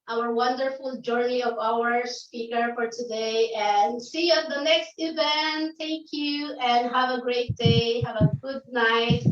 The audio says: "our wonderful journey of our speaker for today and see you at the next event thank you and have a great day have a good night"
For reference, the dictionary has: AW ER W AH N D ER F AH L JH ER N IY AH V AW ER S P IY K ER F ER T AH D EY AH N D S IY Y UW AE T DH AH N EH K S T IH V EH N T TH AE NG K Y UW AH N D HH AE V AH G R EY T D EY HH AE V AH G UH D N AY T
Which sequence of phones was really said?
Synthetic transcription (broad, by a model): AW ER W AH N D ER F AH L JH ER N IY AH V AW ER S P IY K ER F ER T AH D EY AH N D S IY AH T DH AH N EH K S T IH V EH N T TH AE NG K Y UW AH N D HH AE V AH G R EY T D EY HH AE V AH G UH D N AY T